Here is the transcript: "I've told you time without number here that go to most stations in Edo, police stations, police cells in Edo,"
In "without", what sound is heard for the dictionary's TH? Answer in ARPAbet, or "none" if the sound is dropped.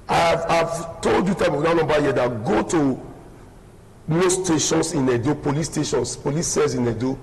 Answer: F